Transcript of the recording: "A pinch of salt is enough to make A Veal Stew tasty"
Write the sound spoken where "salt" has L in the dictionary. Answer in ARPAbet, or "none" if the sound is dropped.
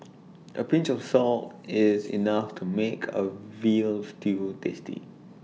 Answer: L